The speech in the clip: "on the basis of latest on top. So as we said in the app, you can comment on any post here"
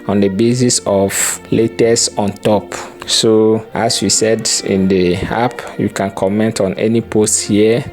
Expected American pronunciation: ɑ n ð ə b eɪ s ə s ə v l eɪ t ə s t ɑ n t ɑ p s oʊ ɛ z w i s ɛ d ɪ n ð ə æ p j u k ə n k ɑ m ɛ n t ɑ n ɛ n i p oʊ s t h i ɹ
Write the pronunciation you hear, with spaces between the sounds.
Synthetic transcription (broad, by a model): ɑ n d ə b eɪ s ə s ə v l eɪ t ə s ɑ n t ɑ p s oʊ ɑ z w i s ɛ d ɪ n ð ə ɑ p j u k ə n k ɑ m ɛ n t ɑ n ɛ n i p oʊ s t h i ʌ